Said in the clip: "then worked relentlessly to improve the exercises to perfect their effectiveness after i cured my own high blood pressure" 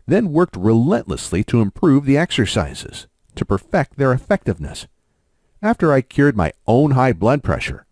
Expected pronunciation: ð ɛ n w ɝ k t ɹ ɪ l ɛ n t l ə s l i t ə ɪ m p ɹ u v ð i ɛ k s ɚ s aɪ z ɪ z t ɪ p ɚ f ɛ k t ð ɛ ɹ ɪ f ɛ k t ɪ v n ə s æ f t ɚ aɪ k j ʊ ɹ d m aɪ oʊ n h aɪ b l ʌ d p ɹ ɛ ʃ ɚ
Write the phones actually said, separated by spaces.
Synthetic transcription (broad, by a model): ð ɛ n w ɝ k t ɹ ɪ l ɛ n t l ə s l i t ə ɪ m p ɹ u v ð i ɛ k s ɚ s aɪ z ɪ z t ɪ p ɚ f ɛ k t ð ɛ ɹ ɪ f ɛ k t ɪ v n ə s æ f t ɚ aɪ k j ʊ ɹ d m aɪ oʊ n h aɪ b l ʌ d p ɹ ɛ ʃ ɚ